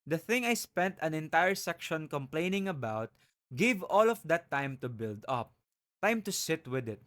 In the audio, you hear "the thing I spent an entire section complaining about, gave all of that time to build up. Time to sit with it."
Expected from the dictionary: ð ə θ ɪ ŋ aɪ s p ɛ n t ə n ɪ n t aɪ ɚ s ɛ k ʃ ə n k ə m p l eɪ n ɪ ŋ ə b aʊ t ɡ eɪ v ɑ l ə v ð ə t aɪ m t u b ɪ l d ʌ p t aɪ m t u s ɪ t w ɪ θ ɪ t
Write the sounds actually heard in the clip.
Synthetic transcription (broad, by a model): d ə θ ɪ ŋ aɪ s p ɛ n t ə n ɪ n t aɪ ɚ s ɛ k ʃ ə n k ə m p l eɪ n ɪ ŋ ə b aʊ t ɡ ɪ v ɑ l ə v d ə t aɪ m t u b ɪ l d ʌ p t aɪ m t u s ɪ t w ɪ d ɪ t